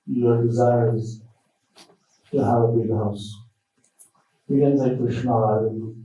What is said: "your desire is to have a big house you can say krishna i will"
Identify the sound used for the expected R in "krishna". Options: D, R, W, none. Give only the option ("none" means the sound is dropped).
none